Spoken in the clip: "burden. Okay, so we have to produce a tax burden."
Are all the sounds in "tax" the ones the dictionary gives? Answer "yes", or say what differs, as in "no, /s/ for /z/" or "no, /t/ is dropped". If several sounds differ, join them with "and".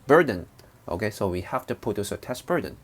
no, /k/ is dropped